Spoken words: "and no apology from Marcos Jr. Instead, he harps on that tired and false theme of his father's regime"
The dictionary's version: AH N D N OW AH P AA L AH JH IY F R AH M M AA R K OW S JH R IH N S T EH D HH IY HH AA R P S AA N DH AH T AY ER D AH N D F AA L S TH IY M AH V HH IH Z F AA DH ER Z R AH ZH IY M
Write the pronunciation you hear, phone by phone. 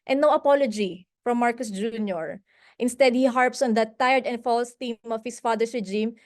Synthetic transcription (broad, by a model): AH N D N OW AH P AA L AH JH IY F R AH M M AA R K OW S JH R IH N S T EH D HH IY HH AA R P S AA N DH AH T AY ER D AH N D F AA L S T IY M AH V HH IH S F AA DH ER S R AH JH IY M